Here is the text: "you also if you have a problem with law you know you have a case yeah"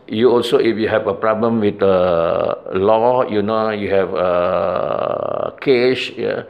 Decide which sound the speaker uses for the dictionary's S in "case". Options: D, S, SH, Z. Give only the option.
SH